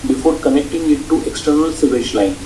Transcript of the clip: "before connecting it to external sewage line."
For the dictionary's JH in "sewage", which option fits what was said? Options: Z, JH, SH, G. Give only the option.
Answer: SH